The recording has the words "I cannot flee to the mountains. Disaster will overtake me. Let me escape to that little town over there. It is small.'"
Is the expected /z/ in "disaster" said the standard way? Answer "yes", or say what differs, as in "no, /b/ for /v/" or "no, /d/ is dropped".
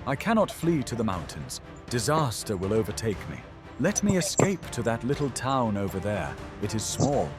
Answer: yes